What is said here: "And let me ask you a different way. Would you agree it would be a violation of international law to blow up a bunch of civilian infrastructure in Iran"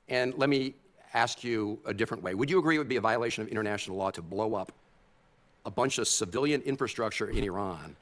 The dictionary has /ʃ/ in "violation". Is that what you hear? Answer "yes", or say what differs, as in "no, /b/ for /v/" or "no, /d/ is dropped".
yes